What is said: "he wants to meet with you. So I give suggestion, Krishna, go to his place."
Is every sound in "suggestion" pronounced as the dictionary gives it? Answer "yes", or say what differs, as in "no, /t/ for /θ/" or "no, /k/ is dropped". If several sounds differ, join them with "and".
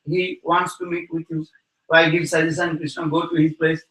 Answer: no, /tʃ/ is dropped